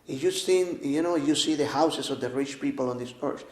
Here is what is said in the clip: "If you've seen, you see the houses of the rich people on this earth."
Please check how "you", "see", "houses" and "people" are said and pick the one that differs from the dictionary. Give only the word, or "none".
houses